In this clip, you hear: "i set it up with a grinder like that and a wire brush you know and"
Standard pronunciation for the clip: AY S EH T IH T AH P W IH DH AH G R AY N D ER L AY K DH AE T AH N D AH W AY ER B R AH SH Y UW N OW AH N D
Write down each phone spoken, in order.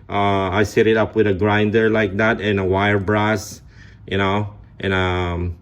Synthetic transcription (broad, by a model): AY S EH T IH T AH P W IH DH AH G R AY N D ER L AY K DH AE T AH N AH W AY ER B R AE S Y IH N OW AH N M